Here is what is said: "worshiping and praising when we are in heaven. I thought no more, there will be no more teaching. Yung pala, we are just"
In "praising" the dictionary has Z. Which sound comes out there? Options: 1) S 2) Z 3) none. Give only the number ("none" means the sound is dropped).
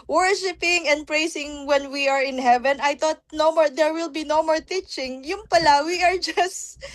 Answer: 1